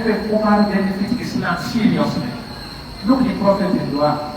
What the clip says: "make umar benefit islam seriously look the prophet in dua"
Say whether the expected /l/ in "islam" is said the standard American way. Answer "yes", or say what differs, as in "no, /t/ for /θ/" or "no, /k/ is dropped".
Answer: no, /n/ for /l/